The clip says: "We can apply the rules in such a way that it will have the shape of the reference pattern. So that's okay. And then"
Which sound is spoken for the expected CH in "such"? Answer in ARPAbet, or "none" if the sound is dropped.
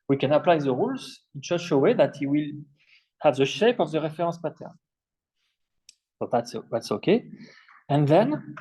SH